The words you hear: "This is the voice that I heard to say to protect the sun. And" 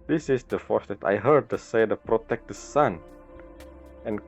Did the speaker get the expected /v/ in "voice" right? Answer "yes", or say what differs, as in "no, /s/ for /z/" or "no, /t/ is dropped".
no, /f/ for /v/